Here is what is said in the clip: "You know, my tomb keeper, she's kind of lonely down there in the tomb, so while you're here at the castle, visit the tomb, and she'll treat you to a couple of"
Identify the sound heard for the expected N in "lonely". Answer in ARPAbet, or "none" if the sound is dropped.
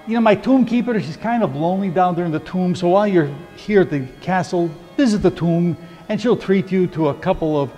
N